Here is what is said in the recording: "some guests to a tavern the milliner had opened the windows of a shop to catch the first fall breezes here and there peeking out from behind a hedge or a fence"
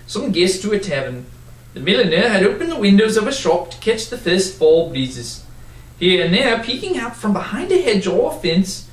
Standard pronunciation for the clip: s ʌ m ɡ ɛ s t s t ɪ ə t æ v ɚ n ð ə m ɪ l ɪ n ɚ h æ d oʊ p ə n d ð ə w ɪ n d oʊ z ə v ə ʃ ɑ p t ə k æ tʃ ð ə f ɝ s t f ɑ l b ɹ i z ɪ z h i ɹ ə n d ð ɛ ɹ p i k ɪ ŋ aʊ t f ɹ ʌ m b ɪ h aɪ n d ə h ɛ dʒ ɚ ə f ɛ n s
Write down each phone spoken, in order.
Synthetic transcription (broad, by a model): s ʌ m ɡ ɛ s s t ɪ ə t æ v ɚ n ð ə m ɪ l ɪ n ɚ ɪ d oʊ p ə n ð ə w ɪ n d oʊ z ə v ə ʃ ɑ p t ə k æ tʃ ð ə f ɝ s t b ɑ l b l i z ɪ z h i ɹ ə n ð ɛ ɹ p i k ɪ ŋ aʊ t f ɹ ʌ m b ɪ h aɪ n d ə h ɛ dʒ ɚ ə f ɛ n s